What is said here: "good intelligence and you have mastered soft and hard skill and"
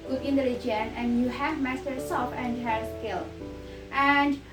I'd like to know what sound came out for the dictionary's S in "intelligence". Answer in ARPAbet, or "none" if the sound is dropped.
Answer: none